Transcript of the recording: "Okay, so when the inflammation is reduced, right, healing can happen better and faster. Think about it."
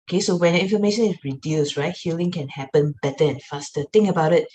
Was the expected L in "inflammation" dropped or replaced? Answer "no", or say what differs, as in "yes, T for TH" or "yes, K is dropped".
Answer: yes, L is dropped